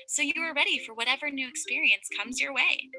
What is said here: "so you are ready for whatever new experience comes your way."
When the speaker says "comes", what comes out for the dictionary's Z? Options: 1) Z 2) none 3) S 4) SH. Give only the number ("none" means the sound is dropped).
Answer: 1